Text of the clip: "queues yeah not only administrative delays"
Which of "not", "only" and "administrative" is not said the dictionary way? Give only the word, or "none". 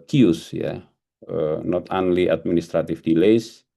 administrative